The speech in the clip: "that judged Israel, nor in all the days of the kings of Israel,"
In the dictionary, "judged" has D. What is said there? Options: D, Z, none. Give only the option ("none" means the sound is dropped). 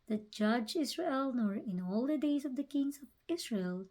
none